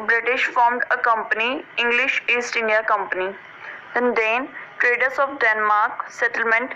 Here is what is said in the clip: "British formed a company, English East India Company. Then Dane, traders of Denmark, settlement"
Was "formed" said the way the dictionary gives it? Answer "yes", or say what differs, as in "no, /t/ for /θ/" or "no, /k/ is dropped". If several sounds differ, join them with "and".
yes